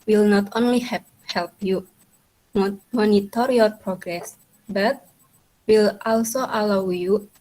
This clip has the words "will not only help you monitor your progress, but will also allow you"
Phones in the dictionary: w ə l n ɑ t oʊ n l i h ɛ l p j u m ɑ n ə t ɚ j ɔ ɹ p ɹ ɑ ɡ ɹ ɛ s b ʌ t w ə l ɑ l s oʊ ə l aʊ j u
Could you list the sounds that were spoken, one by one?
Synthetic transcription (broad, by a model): w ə l n ɑ t oʊ n l i h ɛ l p j u m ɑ n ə t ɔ j ɔ ɹ p ɹ ɑ ɡ ɹ ɛ s b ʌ t w ə l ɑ l s oʊ ə l aʊ j u